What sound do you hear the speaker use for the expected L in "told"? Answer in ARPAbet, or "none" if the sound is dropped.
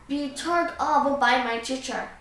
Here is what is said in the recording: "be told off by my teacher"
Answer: none